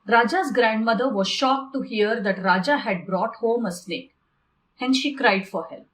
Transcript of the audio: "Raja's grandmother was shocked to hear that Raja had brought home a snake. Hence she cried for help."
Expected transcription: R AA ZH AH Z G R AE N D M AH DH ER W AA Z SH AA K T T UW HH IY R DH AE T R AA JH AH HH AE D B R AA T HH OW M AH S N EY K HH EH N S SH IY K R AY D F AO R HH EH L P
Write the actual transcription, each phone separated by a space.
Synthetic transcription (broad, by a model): R AA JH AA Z G R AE N D M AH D ER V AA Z SH AA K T T UW HH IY R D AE T R AA JH AH HH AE D B R AA T HH OW M AH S L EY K HH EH N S SH IY K R AY D F AO R HH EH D